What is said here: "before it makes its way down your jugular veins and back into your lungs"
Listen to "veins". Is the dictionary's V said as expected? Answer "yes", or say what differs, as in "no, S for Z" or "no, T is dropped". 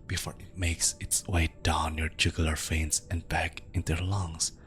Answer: no, F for V